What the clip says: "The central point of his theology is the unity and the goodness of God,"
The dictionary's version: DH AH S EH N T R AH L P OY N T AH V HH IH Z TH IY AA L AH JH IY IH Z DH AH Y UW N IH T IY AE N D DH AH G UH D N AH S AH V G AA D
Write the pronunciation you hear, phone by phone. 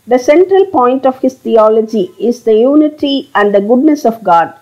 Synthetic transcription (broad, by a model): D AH S EH N T R AH L P OY N T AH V HH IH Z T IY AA L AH JH IY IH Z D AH Y UW N IH T IY AE N D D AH G UH D N AH S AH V G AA D